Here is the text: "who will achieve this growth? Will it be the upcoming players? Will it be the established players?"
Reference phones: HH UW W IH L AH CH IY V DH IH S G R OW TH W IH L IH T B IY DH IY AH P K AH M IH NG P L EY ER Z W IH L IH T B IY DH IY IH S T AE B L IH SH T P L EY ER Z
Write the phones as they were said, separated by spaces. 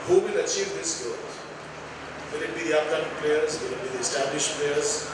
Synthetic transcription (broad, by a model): HH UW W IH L AH CH IY V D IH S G OW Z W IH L IH T B IY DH IY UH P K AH M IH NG P L EY ER Z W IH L IH T B IY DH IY IH S T AE B L IH SH T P L EY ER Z